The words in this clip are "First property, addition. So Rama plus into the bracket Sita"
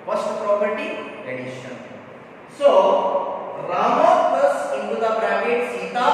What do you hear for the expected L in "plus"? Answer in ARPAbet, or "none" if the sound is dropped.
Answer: none